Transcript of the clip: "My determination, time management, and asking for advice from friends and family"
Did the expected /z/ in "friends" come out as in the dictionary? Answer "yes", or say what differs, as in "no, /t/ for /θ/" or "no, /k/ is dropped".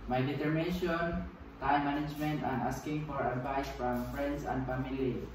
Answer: no, /s/ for /z/